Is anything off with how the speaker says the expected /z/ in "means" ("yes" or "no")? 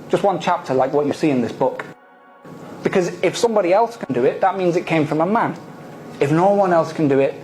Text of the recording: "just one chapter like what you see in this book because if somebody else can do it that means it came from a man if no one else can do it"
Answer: no